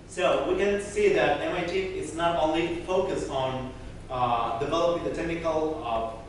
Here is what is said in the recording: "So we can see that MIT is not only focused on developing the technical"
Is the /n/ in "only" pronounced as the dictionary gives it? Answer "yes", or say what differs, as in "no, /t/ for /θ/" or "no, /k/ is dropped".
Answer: yes